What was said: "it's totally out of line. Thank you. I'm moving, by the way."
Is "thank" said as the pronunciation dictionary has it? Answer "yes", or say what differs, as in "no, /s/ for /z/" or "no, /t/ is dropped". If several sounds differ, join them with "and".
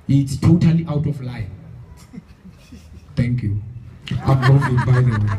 no, /t/ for /θ/